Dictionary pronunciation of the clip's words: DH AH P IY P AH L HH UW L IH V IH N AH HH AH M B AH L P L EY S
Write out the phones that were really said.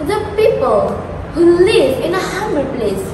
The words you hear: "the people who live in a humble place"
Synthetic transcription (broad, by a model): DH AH P IY P AH L HH UW L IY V IH N AH HH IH M AH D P L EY S